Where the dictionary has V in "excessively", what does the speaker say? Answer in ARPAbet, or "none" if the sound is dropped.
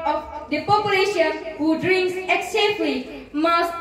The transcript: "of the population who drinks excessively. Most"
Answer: F